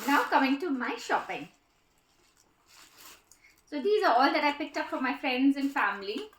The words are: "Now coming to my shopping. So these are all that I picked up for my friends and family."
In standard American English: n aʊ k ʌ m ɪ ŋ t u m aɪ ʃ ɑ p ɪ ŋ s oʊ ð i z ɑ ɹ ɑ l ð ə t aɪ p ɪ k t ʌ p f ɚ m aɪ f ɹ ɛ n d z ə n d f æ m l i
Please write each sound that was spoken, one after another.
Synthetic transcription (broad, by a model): n aʊ k ʌ m ɪ ŋ t u m aɪ ʃ ɑ p ɪ ŋ s oʊ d i z ɑ ɹ ɑ l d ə t aɪ p ɪ k t ʌ p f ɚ m aɪ f ɹ ɛ n d z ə n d f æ m l i